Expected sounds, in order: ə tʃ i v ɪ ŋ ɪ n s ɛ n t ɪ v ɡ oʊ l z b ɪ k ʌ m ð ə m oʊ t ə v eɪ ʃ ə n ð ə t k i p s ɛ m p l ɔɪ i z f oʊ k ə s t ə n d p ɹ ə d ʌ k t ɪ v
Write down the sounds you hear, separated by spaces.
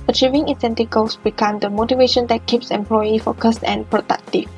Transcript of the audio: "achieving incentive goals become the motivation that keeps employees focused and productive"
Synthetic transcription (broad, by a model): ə tʃ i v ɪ ŋ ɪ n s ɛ n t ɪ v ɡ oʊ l s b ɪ k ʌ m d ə m oʊ t ə v eɪ ʃ ə n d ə t k i p s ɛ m p l ɔɪ i f oʊ k ə s t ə n p ɹ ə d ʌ k t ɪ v